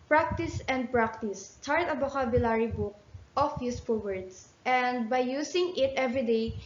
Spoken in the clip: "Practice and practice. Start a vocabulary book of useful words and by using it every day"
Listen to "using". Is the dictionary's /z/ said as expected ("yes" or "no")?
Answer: no